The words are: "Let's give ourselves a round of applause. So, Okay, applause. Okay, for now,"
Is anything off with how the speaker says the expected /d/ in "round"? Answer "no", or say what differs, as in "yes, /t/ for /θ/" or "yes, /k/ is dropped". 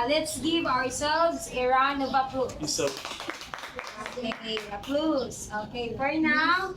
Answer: yes, /d/ is dropped